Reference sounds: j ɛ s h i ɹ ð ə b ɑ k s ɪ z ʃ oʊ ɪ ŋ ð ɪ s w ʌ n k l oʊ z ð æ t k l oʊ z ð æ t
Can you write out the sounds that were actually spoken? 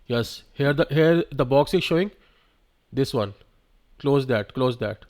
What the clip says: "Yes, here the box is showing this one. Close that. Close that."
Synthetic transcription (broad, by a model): j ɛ s h i ɹ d ə b ɑ k s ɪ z ʃ oʊ ɪ ŋ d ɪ s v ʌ n k l oʊ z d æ t k l oʊ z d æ t